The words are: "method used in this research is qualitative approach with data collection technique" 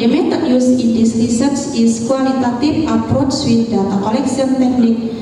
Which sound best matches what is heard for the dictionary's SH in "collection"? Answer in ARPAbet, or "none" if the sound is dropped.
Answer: S